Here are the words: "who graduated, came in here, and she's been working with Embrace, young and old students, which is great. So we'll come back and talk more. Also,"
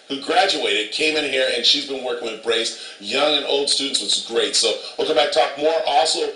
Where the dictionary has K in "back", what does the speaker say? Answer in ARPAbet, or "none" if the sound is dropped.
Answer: none